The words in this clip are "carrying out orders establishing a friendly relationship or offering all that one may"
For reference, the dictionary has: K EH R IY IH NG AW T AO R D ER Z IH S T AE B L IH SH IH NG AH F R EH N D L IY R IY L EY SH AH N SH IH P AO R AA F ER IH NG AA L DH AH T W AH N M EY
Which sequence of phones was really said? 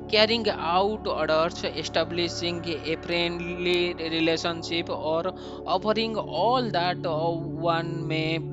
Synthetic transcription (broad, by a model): K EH R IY NG AW T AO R D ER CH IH S T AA B L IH S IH NG AH P R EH N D L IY R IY L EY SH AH N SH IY P AO R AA P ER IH NG AA L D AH T W AH N M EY